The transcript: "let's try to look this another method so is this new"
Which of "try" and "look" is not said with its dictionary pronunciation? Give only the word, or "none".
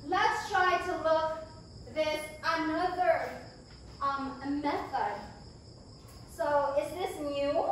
none